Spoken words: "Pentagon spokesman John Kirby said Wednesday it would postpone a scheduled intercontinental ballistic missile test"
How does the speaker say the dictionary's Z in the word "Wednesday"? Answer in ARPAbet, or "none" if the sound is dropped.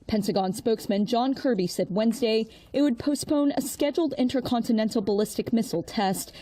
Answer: Z